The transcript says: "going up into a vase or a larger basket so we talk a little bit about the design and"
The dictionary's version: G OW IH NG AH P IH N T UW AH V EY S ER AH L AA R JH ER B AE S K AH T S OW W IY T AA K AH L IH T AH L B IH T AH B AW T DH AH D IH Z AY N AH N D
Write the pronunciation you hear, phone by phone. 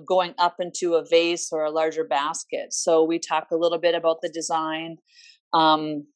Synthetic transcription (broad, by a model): G OW IH NG AH P IH N T UW AH V EY S ER AH L AA R JH ER B AE S K AH T S OW W IY T AA K AH L IH T L B IH T AH B AW T DH AH D IH Z AY N AH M